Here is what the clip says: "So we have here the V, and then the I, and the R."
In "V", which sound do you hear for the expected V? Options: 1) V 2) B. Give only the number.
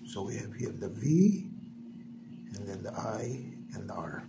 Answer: 1